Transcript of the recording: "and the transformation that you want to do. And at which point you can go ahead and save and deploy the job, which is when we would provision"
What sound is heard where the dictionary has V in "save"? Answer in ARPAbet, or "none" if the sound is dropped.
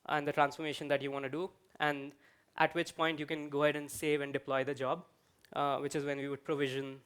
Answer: V